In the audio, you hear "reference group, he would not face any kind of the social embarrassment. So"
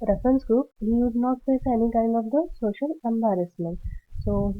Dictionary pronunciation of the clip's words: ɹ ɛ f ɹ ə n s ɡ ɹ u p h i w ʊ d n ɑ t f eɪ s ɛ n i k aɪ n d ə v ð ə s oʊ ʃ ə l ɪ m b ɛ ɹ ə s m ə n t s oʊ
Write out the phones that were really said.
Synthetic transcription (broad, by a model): ɹ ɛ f ɹ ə n s ɡ ɹ u p h i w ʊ d n ɑ t p eɪ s ɛ n i k aɪ n d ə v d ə s oʊ ʃ ə l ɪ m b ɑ ɹ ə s m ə n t s oʊ